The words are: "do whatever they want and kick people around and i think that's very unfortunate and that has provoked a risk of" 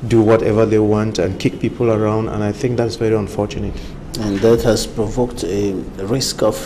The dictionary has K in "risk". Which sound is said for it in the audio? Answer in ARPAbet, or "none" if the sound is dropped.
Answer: K